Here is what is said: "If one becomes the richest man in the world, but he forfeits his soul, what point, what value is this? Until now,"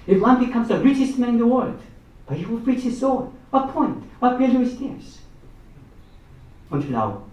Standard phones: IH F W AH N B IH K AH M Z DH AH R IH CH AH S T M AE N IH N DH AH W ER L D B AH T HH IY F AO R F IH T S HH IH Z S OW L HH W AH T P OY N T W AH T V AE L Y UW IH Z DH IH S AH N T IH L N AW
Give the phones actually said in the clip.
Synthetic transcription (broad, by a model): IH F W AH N B IH K AH M Z DH AH R IH CH AH S T M AE N IH N DH AH W ER L D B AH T HH IY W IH L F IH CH HH IH Z S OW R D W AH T P OY N T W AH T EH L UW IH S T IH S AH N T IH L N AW